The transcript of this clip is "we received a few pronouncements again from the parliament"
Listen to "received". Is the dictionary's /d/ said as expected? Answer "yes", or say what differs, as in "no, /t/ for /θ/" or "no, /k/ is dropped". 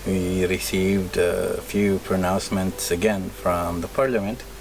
yes